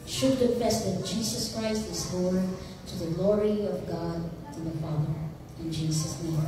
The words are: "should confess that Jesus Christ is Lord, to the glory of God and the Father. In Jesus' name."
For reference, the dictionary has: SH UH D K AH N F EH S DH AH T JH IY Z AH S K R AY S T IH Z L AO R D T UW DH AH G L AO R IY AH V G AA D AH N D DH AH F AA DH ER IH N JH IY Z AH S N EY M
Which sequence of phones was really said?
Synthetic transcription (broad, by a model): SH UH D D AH F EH S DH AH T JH IY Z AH S K R AY S T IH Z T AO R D T UW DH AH G L AO R IY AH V G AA D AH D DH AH F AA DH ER IH N JH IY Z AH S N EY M